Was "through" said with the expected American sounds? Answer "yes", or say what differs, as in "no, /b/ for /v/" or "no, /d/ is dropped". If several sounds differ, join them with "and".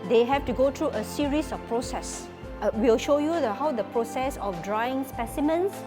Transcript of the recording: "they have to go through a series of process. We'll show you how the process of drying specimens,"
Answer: no, /t/ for /θ/